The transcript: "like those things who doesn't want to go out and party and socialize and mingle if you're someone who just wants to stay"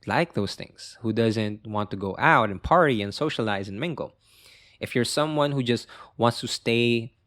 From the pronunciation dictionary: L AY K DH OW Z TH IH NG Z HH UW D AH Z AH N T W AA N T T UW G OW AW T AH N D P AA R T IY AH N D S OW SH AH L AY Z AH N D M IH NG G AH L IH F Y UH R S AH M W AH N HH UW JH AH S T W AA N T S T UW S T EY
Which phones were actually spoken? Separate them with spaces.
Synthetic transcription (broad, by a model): L AY K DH OW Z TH IH NG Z HH UW D AH Z AH N T W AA N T T UW G OW AW T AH N P AA R T IY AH N S OW SH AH L AY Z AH N M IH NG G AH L IH F Y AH R S AH M W AH N HH UW JH AH S T W AA N T S T UW S T EY